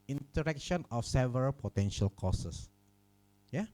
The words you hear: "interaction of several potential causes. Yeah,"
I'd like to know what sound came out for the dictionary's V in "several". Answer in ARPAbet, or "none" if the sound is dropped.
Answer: V